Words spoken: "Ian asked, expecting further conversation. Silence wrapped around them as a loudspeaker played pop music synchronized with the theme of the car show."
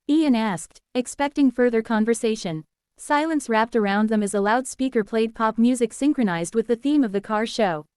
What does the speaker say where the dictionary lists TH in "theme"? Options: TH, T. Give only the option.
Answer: TH